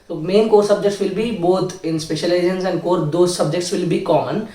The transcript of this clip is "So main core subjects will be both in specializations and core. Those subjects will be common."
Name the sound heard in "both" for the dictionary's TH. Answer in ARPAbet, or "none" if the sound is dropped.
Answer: T